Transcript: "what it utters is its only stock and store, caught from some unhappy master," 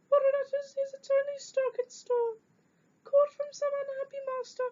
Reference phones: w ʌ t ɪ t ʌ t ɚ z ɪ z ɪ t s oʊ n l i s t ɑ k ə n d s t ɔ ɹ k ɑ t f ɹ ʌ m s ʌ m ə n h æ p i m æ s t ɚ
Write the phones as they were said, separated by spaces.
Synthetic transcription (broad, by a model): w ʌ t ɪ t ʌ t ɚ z ɪ z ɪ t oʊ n i s t ɑ k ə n s t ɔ k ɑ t f ɹ ʌ m s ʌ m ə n h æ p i m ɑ s t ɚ